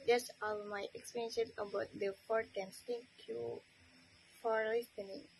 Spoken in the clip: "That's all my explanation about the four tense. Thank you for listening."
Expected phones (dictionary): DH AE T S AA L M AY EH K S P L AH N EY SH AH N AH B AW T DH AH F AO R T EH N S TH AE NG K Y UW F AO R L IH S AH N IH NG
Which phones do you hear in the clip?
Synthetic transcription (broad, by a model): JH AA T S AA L M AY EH K S P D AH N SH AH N AH B AW T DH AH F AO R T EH N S T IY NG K Y UW F AO R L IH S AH N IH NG